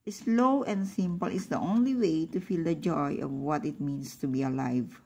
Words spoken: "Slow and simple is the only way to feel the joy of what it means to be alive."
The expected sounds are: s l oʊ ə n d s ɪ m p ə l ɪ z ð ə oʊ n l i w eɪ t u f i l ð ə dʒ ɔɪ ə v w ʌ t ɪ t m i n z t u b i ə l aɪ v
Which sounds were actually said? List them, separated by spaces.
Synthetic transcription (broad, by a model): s l oʊ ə n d s ɪ m p ə l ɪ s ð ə oʊ n l i w eɪ t u f i l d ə dʒ ɔɪ ə v w ʌ t ɪ t m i n s t u b i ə l aɪ v